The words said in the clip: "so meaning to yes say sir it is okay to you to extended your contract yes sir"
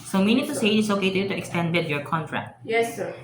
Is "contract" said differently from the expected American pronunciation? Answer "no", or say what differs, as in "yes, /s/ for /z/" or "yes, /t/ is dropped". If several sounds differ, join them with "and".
no